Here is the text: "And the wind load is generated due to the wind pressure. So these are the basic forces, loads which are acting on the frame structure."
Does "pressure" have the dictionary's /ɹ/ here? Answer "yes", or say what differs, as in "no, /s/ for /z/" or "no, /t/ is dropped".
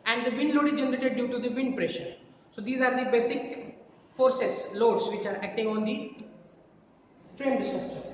yes